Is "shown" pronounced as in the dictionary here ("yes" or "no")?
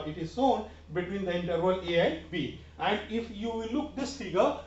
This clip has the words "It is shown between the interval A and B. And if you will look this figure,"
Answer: no